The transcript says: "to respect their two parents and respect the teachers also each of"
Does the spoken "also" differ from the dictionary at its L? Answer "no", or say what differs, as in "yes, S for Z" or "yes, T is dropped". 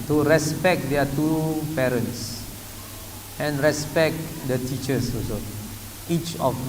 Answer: yes, L is dropped